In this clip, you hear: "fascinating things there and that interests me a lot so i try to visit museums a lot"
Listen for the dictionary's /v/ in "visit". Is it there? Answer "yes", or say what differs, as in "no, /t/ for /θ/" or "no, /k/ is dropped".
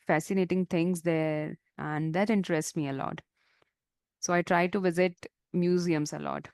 yes